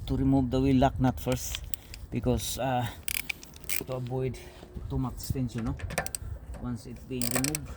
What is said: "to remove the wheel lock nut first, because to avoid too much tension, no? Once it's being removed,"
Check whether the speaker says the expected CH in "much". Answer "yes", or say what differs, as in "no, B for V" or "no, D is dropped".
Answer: no, S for CH